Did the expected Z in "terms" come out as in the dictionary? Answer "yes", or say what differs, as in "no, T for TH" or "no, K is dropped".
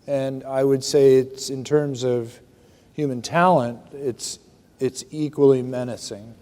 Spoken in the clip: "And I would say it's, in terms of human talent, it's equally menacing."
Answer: yes